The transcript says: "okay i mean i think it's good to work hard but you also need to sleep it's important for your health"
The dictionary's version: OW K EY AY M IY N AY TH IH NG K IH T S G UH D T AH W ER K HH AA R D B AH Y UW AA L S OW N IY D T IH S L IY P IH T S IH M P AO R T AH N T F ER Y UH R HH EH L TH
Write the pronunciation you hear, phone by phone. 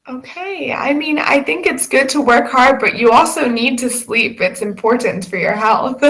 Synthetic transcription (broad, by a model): OW K EY AY M IY N AY TH IH NG K IH T S G UH D T AH W ER K HH AA R D B AH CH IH AA L S OW N IY D T IH S L IY P IH T S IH M P AO R T N T F ER Y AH R HH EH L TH